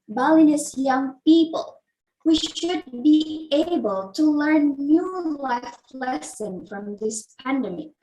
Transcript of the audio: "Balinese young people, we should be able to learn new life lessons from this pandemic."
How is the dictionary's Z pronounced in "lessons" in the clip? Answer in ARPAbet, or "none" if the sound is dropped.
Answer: none